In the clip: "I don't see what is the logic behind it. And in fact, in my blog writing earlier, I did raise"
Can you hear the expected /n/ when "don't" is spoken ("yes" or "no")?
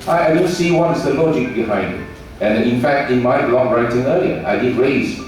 no